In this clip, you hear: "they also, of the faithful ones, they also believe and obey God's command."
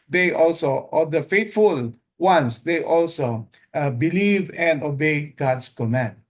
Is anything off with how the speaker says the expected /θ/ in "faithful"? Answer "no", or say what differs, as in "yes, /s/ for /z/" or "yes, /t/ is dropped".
yes, /t/ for /θ/